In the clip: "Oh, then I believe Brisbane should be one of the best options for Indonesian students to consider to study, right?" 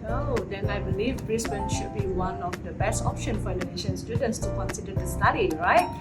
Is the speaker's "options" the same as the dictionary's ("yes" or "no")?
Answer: no